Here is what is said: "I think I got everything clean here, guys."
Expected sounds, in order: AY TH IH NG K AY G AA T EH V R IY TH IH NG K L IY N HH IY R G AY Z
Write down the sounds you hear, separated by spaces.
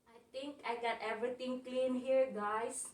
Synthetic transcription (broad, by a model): AY T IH NG K AY G AA T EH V R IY T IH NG K L IY N HH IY R G AY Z